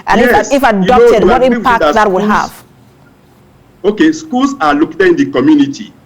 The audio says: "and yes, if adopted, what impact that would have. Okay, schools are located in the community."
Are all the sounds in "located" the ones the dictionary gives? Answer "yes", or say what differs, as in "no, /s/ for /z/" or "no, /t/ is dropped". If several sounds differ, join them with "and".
no, /d/ is dropped